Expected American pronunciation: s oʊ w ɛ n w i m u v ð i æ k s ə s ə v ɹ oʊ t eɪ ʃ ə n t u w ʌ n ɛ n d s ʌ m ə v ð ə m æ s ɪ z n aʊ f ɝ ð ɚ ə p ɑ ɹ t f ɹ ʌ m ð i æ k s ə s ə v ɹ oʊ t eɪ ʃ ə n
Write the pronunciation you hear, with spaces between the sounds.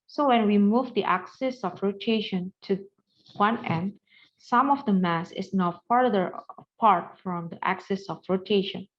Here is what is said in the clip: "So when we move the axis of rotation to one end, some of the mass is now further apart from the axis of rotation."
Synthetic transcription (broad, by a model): s oʊ w ɛ n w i m u v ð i æ k s ə s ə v ɹ oʊ t eɪ ʃ ə n t u w ʌ n ɛ n d s ʌ m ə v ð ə m æ s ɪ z n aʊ p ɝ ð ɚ ə p ɑ ɹ t f ɹ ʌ m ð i æ k s ə s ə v ɹ oʊ t eɪ ʃ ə n